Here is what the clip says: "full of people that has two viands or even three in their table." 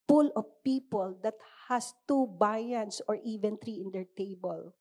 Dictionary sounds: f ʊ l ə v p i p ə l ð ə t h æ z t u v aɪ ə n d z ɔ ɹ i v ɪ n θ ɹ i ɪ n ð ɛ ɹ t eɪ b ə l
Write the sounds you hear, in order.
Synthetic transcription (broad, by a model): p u l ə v p i p ə l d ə t h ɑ s t u b aɪ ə n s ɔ ɹ i v ɪ n t ɹ i ɪ n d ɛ ɹ t eɪ b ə l